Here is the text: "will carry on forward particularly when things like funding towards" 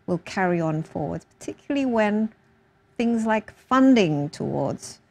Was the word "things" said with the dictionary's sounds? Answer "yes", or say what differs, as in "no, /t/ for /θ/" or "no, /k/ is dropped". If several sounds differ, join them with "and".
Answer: yes